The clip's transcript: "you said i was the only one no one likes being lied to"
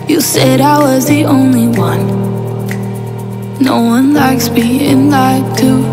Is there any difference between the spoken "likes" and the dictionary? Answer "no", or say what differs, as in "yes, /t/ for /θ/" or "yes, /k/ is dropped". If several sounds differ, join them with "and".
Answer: no